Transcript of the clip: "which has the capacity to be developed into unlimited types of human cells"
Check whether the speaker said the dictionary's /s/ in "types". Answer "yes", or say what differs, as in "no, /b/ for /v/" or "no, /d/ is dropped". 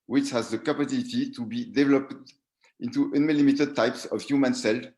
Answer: yes